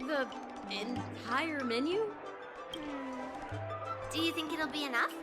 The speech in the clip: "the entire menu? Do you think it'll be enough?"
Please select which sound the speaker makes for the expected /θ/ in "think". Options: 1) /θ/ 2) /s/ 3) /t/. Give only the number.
1